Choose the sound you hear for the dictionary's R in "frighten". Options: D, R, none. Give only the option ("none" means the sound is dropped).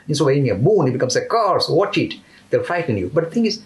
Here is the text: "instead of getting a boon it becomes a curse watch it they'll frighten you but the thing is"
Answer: none